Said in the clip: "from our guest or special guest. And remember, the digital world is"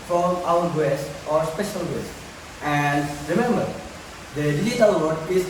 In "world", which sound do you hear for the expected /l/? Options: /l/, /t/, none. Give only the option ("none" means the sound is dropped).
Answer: none